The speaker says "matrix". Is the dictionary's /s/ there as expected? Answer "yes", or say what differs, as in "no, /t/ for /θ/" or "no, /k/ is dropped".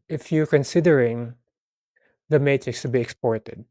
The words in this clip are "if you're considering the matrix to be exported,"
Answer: yes